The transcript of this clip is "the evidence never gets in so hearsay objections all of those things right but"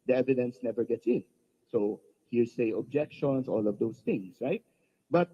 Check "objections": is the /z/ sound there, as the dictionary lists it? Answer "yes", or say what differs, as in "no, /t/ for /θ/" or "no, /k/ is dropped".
no, /s/ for /z/